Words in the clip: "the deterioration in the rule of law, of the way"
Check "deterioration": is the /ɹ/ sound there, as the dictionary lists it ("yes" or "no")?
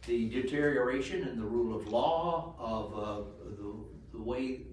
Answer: yes